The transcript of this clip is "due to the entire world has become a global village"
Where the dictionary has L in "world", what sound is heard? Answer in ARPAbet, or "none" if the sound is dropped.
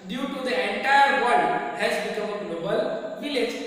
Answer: none